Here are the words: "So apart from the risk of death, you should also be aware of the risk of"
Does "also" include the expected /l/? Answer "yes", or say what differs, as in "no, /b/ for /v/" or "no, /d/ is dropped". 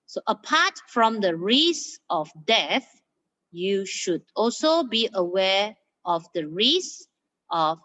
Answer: yes